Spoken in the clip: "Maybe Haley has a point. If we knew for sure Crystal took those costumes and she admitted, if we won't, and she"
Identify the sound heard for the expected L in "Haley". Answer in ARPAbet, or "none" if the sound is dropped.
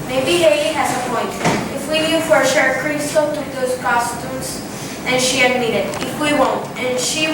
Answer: none